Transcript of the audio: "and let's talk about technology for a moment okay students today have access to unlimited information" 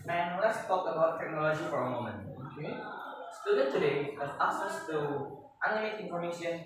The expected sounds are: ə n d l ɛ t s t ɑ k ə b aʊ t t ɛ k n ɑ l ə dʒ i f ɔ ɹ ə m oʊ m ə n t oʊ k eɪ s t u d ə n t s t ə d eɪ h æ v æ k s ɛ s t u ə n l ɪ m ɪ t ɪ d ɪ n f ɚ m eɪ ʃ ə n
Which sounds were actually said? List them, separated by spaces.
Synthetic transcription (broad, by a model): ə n l ɛ t s t ɑ k ə b aʊ t t ɛ k n ɑ l ə dʒ i f ɔ ɹ ə m oʊ m ə n t oʊ k eɪ s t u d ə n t t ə d eɪ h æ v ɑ s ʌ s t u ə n ɪ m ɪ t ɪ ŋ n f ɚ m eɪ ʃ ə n